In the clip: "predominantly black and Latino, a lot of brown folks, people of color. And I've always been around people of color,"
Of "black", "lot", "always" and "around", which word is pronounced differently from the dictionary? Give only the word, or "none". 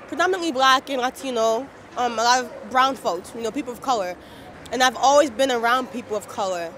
none